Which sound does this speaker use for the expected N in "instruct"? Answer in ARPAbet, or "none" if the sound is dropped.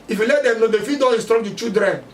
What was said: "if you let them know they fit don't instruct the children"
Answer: none